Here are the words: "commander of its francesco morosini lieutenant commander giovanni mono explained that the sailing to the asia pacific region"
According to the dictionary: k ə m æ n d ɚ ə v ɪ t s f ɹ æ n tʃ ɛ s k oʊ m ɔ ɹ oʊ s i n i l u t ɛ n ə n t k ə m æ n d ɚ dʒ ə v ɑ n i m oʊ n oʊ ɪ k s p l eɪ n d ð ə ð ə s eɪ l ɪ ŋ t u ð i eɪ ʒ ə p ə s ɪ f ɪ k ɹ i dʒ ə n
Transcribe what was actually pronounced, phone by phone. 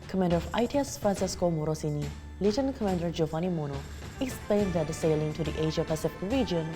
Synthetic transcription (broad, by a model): k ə m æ n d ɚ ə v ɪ t s f ɹ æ n s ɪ s k oʊ m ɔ ɹ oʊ s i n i l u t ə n k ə m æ n d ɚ dʒ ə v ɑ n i m oʊ n oʊ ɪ k s p l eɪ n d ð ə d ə s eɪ l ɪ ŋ t u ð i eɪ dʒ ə p ə s ɪ f ɪ k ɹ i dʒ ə n